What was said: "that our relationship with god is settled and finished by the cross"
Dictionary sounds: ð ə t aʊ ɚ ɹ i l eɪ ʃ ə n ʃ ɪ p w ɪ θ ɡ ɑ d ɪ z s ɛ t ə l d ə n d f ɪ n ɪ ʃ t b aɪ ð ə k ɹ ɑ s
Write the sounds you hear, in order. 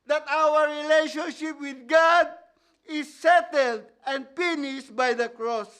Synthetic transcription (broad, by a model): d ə t aʊ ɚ ɹ i l eɪ ʃ ə n ʃ ɪ p w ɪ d ɡ ɑ d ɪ s ɛ t ə l d ə n d p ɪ n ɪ s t b aɪ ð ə k ɹ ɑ s